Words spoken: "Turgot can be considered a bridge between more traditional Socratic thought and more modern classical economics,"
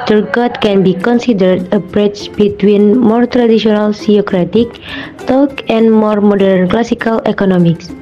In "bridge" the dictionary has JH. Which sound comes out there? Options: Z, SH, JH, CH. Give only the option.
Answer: CH